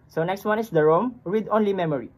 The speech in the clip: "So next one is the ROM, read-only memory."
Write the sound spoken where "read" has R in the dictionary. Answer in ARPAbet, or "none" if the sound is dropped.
W